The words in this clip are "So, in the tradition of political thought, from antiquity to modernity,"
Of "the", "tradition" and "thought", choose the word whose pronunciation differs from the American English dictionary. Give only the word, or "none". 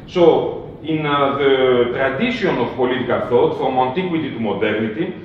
tradition